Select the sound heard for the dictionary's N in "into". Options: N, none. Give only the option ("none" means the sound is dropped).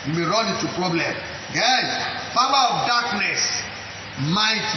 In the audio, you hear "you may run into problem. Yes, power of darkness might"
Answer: none